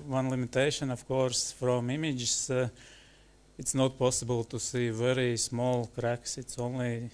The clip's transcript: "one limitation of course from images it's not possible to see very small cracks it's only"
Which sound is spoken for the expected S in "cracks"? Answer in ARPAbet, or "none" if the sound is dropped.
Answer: S